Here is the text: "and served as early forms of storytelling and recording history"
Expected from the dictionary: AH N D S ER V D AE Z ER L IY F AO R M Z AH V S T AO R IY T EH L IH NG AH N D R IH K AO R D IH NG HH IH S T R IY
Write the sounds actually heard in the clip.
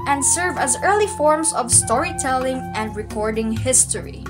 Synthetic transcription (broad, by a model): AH N D S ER V AE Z ER L IY F AO R M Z AH V S T AO R IY T EH L IH NG AH N D R IH K AO R D IH NG HH IH S T R IY